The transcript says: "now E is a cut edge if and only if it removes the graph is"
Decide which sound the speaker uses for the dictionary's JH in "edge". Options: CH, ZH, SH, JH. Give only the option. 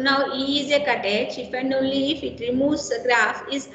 CH